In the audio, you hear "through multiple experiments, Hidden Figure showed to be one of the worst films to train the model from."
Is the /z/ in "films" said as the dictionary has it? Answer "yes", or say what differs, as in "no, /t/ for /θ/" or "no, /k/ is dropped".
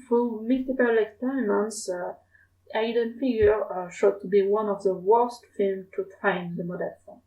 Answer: no, /z/ is dropped